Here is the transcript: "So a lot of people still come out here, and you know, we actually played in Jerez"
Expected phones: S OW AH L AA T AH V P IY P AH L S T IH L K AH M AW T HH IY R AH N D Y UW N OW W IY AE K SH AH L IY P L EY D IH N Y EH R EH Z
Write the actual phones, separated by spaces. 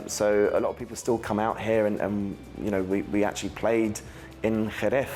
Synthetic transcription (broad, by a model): S OW AH L AA T AH V P IY P L S T IH L K AH M AW T HH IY R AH N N Y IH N OW W IY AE K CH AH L IY P L EY D IH N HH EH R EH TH